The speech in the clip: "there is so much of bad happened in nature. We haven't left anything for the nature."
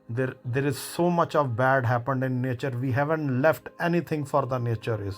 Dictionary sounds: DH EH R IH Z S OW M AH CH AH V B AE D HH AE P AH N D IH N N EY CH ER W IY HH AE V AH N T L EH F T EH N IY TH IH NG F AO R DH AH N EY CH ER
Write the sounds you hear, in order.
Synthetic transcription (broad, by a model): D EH R IH Z S OW M AH CH AH V B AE D HH AE P AH N D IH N N EY CH ER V IY HH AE V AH N T L EH F T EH N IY T IH NG F AO R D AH N EY CH ER